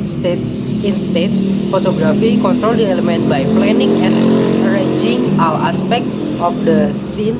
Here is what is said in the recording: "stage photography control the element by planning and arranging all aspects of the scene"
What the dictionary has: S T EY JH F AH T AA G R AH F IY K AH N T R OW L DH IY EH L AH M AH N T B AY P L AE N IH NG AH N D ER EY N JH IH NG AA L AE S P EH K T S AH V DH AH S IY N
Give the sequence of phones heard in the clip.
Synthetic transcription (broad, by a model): S T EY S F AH T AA G R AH F IY K AH N T R OW L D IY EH L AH M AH N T B AY P L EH N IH NG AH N ER EY N JH IH NG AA W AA S P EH K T AH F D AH S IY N